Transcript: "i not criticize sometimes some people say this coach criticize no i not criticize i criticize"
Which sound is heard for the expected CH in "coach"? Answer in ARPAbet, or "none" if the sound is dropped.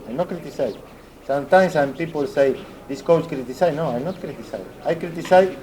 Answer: S